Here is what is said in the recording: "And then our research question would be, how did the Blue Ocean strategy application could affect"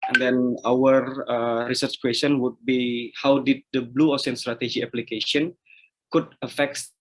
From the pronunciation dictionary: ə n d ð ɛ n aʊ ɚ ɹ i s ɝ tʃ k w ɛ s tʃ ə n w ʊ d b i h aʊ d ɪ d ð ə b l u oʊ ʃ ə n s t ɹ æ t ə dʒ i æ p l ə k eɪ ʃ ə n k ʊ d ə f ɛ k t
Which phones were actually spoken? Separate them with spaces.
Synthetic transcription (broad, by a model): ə n d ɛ n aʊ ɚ ɹ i s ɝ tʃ k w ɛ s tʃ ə n w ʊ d b i h aʊ d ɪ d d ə b l u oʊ s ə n s t ɹ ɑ t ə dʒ i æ p l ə k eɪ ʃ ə n k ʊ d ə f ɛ k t